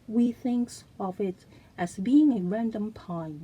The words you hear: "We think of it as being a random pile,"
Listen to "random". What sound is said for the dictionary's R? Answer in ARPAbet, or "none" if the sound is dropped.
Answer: R